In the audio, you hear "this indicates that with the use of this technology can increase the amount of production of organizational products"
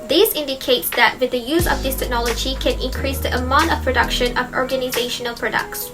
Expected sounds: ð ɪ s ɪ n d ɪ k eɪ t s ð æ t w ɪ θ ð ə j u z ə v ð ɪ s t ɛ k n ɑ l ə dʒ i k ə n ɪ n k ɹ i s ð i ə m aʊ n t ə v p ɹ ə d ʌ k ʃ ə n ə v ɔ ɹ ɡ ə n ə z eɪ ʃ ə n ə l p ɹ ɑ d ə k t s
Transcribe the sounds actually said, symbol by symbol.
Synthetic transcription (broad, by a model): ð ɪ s ɪ n d ɪ k eɪ t s ð æ t w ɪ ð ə j u z ə v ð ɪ s t ɛ k n ɑ l ə dʒ i k ə n ɪ n k ɹ i s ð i ə m aʊ n t ə v p ɹ ə d ʌ k ʃ ə n ə v ɔ ɹ ɡ ə n ə z eɪ ʃ ə n ə l p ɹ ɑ d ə k t s